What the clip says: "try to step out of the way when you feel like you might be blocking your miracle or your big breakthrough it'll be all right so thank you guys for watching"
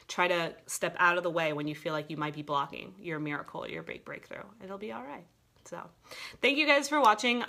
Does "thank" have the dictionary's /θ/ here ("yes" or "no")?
yes